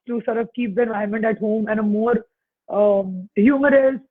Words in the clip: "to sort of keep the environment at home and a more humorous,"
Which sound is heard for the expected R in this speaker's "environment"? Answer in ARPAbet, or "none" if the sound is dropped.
none